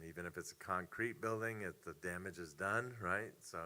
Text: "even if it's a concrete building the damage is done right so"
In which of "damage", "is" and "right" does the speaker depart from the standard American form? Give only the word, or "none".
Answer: none